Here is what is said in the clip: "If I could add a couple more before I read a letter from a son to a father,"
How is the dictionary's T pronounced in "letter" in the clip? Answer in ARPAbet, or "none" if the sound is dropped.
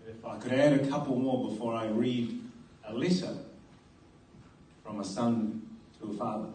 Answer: S